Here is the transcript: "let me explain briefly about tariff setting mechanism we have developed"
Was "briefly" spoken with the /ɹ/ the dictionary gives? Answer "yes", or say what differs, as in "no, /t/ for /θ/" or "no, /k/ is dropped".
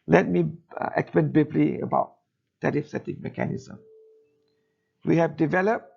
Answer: no, /ɹ/ is dropped